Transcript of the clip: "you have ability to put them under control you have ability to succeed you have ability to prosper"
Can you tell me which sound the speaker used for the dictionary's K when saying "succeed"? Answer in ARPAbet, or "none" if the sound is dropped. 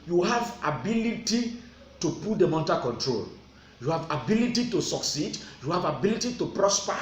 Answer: K